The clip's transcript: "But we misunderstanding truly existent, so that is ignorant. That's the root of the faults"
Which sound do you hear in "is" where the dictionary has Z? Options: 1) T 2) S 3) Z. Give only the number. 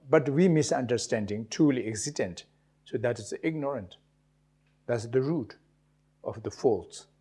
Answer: 2